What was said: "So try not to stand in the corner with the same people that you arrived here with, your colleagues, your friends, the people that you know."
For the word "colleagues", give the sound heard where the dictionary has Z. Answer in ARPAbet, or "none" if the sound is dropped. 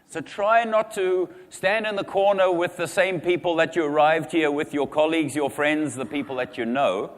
Z